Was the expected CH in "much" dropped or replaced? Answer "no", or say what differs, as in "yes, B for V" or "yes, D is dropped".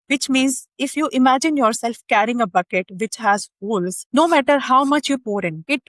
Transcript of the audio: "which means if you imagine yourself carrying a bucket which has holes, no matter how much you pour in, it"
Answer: no